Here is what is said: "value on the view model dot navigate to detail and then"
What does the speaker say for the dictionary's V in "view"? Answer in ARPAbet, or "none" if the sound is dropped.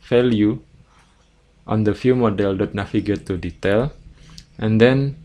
F